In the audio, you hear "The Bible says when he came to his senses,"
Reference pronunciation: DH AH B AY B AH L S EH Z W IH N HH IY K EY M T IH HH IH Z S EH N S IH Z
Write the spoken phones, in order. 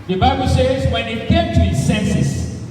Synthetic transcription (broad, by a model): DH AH B AY B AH L S EH Z W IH N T K EY M T IH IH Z S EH N S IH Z